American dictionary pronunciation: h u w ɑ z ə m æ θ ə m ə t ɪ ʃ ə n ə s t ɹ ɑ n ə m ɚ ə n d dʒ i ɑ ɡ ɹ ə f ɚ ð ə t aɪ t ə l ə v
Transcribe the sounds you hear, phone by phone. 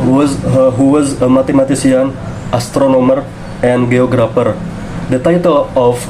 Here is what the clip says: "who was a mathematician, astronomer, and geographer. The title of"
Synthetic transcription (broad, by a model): h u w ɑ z ə m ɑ t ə m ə t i s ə n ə s t ɹ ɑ n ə m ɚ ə n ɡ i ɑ ɡ ɹ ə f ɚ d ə t aɪ t ə l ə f